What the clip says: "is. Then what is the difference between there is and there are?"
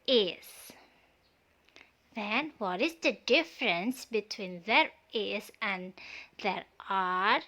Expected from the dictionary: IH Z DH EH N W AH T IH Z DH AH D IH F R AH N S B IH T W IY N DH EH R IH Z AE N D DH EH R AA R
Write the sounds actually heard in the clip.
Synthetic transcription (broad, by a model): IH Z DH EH N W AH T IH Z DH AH D IH F R AH N S B IH T W IY N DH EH R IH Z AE N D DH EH R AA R